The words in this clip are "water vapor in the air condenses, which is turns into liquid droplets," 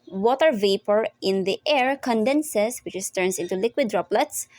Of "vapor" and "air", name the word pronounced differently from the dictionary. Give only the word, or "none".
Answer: none